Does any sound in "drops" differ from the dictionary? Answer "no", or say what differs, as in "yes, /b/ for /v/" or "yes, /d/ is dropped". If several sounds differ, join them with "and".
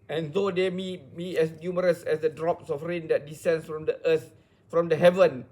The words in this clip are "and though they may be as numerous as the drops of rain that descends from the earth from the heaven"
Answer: no